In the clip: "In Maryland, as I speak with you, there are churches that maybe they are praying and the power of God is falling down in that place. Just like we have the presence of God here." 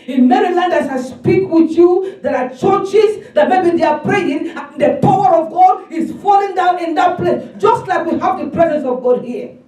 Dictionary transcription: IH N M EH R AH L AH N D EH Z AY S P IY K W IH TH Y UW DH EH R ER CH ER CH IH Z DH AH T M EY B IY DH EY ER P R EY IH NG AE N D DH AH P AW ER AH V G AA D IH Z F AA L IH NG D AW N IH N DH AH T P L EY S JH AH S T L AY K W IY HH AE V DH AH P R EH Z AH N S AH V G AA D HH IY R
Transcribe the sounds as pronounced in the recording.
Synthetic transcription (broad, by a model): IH N M EH R AH L AH N D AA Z AY S P IY K W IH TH Y UW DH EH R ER CH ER CH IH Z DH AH T M EY B IY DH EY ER P R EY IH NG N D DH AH P AW ER AH V G AA D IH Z F AA L IH NG D AW N IH N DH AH T P L EY S JH AH S T L AY K W IY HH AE V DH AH P R EH Z AH N S AH V G AA D HH IY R